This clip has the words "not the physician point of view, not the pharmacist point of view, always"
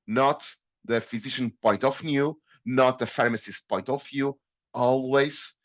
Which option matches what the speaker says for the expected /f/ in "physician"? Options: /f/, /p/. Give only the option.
/f/